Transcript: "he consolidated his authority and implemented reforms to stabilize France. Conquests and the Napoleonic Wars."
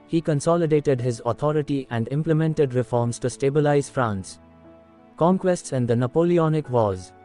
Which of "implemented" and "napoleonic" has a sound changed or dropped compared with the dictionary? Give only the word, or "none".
none